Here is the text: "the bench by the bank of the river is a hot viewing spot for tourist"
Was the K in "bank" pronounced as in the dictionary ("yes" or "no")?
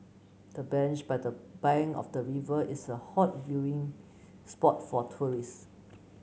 no